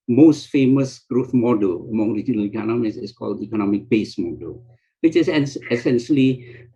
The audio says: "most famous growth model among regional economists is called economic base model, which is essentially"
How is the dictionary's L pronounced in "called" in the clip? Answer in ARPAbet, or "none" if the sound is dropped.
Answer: L